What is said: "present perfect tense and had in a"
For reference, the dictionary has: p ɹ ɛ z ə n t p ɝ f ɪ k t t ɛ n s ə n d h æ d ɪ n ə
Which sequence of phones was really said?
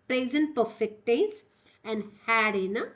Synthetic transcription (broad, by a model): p ɹ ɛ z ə n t p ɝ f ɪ k t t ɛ s ə n d h æ d ɪ n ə